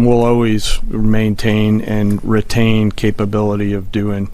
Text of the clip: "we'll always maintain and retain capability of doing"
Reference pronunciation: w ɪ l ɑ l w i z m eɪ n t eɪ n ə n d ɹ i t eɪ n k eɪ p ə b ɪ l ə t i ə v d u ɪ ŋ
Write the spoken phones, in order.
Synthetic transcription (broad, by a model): w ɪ l ɑ l w i z m eɪ n t eɪ n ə n ɹ i t eɪ n k eɪ p ə b ɪ l ə t i ə v d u ɪ ŋ